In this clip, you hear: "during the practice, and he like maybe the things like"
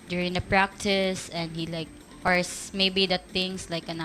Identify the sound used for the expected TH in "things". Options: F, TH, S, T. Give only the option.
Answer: T